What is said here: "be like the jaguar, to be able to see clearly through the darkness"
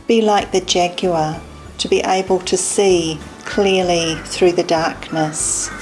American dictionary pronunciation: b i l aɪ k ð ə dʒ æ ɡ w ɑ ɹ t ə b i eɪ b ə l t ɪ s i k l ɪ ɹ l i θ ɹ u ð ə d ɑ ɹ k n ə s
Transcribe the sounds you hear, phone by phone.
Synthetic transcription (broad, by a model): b i l aɪ k ð ə dʒ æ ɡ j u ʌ t ə b i eɪ b ə l t ɪ s i k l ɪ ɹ l i θ ɹ u ð ə d ɑ ɹ k n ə s